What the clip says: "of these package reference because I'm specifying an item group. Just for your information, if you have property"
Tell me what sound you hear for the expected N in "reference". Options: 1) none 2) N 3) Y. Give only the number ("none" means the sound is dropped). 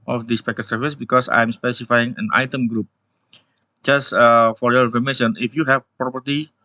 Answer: 1